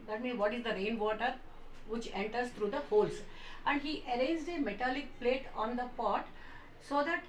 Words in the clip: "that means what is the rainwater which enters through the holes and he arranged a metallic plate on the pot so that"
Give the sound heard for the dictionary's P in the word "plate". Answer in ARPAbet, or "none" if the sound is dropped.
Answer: P